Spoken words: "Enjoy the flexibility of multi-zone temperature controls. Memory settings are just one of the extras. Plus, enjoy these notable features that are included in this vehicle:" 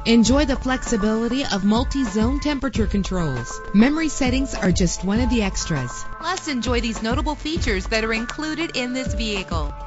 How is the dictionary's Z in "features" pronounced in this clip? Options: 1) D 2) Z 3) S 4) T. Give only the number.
2